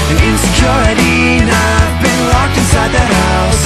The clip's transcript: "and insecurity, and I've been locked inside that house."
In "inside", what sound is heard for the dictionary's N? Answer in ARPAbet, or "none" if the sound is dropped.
none